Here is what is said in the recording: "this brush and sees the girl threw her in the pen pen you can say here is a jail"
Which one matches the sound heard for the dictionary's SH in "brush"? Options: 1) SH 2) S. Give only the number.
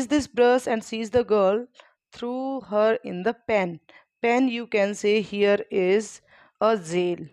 2